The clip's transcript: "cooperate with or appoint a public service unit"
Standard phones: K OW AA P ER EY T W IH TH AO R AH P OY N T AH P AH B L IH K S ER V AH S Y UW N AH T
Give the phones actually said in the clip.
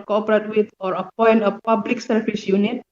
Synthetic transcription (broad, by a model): K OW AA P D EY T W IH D AO R AH P OY N T AH P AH B L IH K S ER B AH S Y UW N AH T